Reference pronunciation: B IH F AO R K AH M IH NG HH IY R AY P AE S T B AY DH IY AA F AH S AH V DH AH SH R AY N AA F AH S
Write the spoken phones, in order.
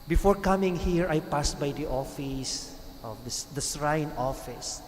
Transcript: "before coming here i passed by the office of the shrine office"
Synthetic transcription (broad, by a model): B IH F AO R K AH M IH NG HH IY R AY P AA S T B AY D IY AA F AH S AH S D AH S R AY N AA F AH S